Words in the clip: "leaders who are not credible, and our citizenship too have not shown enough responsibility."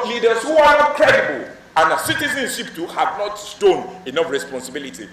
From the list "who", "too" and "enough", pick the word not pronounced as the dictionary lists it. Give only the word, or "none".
none